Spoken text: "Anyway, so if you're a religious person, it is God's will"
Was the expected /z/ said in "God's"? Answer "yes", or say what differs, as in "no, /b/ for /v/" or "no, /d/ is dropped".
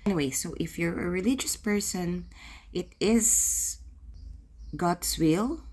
no, /s/ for /z/